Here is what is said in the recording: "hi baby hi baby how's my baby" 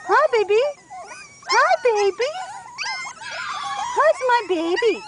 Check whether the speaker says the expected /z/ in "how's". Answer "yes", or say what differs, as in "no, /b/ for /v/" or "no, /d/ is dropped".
no, /s/ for /z/